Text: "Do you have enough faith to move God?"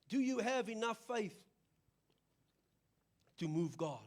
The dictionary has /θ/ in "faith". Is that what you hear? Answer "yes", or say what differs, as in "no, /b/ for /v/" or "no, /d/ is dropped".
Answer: yes